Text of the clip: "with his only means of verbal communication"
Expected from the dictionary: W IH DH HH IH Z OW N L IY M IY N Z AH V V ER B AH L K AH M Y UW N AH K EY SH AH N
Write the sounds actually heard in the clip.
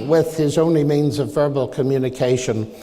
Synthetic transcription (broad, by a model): W IH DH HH IH Z OW N L IY M IY N Z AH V V ER B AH L K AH M Y UW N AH K EY SH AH N